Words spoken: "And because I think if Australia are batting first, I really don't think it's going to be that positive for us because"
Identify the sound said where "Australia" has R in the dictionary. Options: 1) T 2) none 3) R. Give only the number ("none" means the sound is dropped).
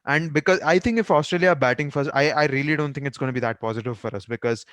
3